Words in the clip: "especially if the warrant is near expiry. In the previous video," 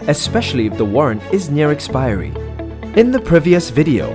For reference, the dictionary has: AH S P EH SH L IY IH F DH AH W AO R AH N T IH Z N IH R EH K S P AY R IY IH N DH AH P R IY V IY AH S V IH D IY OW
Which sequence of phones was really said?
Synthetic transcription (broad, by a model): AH S P EH SH L IY IH F DH AH W AO R AH N T IH Z N IH R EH K S P AY R IY IH N DH AH P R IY V IY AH S V IH D IY OW